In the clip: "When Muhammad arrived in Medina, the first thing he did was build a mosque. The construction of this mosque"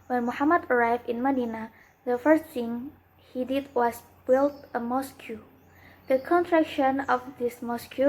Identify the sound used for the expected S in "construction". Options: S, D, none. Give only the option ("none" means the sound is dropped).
none